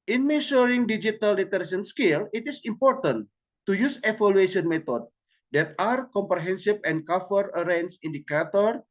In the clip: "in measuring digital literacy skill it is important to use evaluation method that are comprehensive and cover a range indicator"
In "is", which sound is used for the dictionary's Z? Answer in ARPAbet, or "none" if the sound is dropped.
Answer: S